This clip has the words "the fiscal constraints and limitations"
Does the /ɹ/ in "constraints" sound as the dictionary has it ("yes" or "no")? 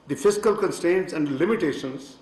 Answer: no